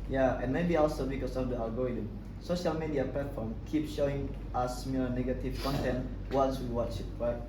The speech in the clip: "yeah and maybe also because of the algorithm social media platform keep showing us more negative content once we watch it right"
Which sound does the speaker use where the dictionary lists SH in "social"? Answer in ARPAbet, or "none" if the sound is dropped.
SH